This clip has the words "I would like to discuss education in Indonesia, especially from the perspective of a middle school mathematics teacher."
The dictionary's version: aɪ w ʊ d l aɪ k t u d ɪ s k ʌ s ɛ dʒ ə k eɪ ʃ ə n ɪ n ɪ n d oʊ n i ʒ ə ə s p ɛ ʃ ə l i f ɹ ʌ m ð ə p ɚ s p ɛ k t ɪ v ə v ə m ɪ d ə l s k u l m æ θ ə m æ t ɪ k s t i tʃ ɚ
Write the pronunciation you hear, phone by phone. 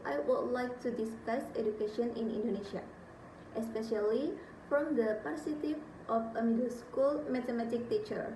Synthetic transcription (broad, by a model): aɪ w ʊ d l aɪ k t u d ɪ s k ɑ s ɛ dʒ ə k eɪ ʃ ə n ɪ n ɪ n d oʊ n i ʃ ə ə s p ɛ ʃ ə l i f ɹ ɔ m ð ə p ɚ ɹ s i t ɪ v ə f ə m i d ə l s k u l m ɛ t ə m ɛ t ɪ k t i tʃ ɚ